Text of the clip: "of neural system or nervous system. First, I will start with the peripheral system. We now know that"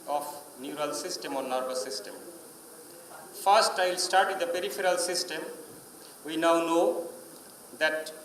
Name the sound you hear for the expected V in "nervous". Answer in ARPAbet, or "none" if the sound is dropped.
B